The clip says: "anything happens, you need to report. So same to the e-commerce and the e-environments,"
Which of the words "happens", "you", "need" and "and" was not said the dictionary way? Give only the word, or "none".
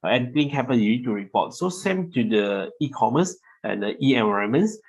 happens